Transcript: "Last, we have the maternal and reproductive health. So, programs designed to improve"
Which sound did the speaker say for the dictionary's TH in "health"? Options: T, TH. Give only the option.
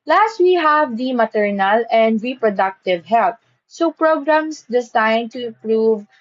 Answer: T